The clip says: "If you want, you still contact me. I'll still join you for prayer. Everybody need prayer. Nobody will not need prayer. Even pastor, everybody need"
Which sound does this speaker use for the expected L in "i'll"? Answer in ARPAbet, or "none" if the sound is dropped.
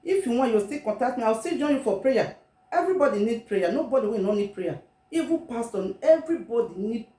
W